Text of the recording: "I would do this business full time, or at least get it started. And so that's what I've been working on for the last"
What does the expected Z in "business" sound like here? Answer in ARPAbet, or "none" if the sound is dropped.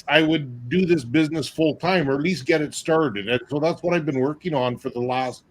Z